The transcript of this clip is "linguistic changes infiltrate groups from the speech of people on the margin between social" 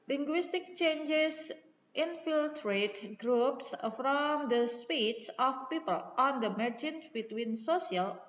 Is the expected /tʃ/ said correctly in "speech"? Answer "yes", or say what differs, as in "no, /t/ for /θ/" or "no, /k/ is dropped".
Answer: no, /s/ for /tʃ/